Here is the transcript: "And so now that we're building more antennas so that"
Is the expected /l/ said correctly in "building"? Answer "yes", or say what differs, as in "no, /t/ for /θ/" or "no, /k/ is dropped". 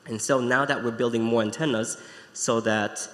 yes